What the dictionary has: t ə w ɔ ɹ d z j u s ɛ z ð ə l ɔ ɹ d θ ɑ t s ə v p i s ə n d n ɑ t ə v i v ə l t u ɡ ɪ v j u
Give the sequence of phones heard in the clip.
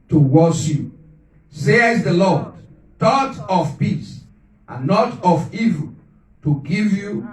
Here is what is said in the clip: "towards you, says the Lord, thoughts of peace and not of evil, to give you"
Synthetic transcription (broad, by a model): t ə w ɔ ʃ j u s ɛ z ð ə l ɔ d t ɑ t ə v p i s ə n n ɑ t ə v i v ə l t u ɡ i v j u